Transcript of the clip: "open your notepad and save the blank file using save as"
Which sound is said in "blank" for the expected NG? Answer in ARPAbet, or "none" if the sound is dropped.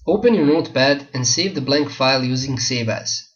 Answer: NG